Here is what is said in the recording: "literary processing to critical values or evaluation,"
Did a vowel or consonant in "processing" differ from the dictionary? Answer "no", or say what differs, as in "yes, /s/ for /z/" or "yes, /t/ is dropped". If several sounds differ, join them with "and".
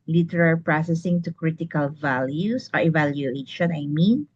no